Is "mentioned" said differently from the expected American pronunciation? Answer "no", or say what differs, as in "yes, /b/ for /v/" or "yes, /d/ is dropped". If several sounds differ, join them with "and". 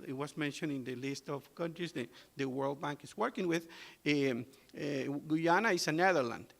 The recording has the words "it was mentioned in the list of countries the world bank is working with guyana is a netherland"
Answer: yes, /d/ is dropped